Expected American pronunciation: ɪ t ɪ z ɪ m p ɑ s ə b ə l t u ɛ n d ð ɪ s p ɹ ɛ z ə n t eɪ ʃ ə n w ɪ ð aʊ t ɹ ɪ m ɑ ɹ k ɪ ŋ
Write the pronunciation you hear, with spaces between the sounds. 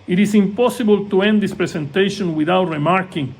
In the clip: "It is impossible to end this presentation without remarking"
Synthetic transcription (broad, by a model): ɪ t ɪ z ɪ m p ɑ s ə b ə l t u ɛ n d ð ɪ s p ɹ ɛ s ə n t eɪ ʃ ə n w ɪ ð aʊ t ɹ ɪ m ɑ ɹ k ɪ ŋ